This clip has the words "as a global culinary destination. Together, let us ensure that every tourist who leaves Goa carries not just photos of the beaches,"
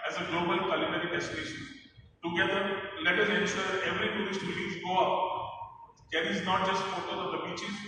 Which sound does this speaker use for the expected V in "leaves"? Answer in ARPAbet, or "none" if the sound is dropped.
none